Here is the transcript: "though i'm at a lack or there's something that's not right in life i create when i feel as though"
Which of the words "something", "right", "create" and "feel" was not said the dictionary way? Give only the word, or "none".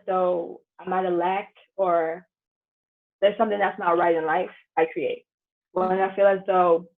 none